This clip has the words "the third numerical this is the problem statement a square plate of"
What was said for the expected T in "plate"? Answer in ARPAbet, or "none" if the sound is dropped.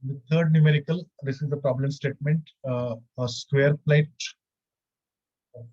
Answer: none